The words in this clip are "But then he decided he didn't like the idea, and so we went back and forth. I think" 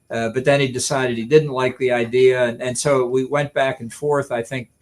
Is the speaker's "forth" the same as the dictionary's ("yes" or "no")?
yes